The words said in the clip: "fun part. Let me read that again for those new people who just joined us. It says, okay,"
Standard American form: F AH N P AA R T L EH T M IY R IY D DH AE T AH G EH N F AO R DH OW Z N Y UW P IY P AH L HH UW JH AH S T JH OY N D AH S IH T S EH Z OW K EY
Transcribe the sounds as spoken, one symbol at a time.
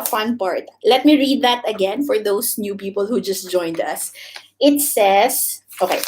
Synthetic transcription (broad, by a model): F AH N P AA R T L EH T M IY R IY D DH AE T AH G EH N F AO R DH OW S N Y UW P IY P AH L HH UW JH AH S T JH OY N D AH S IH T S EH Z OW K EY